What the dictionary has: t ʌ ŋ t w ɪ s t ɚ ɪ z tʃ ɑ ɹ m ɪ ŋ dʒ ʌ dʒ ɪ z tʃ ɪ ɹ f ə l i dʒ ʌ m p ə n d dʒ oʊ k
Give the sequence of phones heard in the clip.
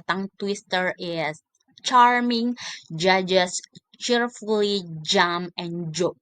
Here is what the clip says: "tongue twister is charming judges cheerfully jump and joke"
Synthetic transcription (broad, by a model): t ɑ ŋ t w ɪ s t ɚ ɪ s tʃ ɑ ɹ m ɪ ŋ dʒ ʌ dʒ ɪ s tʃ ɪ ɹ f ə l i dʒ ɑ m ə n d dʒ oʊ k